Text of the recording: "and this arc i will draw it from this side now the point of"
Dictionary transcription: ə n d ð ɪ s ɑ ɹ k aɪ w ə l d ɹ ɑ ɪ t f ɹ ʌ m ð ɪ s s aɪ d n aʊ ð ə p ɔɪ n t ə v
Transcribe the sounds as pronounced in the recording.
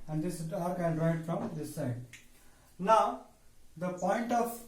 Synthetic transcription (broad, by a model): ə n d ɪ s ɑ ɹ k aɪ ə n d ɹ ɑ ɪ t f ɹ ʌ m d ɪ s s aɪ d n aʊ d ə p ɔɪ n t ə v